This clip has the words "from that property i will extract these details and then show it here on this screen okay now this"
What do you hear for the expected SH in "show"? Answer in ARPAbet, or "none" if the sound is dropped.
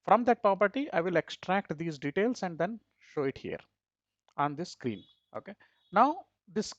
SH